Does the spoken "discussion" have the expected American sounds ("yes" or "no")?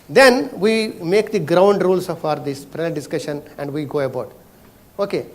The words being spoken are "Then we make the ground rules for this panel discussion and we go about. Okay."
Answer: yes